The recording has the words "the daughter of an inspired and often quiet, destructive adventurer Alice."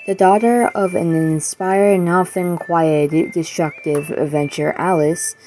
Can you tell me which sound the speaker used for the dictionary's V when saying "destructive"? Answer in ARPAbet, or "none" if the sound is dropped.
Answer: V